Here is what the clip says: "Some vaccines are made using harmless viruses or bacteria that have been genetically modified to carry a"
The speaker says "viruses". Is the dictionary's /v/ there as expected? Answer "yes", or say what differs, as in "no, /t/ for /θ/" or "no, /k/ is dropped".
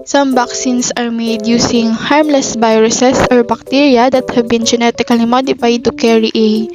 no, /b/ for /v/